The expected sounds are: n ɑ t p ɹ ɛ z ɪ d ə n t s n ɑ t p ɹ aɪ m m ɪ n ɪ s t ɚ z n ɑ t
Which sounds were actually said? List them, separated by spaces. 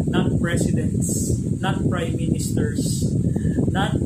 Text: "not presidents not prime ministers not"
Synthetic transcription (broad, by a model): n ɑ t p ɹ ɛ s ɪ d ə n t s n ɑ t p ɹ aɪ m m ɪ n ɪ s t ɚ s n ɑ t